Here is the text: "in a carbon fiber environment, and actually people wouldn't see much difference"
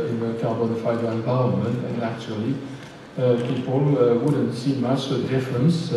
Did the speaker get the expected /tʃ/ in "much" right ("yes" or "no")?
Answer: no